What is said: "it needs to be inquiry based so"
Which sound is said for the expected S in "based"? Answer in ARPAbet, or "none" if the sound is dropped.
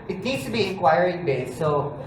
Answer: none